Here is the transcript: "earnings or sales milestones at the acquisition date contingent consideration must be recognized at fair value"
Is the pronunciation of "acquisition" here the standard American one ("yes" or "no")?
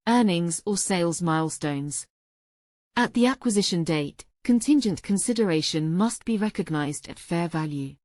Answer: yes